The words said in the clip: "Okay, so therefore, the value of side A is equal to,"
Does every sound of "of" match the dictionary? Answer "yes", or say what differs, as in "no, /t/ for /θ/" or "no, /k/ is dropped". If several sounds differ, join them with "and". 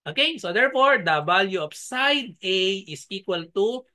no, /p/ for /v/